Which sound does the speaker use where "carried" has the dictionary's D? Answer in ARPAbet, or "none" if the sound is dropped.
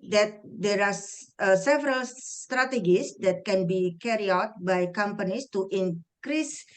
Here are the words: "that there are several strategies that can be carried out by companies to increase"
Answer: none